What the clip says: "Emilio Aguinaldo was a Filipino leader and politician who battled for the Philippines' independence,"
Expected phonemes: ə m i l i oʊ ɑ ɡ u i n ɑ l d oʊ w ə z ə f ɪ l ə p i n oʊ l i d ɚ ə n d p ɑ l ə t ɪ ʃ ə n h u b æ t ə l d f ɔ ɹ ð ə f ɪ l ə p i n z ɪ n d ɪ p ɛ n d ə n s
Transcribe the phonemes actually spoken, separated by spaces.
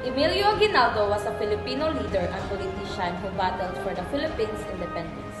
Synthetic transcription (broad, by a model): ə m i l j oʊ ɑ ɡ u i n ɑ l d oʊ w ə s ə f ɪ l ə p i n oʊ l i d ɚ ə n p ɑ l ə t ɪ ʃ ə n h u b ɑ t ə l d f ɔ ɹ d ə f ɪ l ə p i n s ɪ n d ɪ p ɛ n d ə n s